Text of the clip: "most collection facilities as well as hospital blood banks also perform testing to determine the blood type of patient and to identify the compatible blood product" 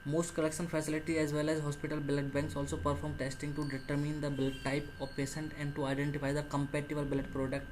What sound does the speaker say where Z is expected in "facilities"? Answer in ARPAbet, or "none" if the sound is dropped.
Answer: none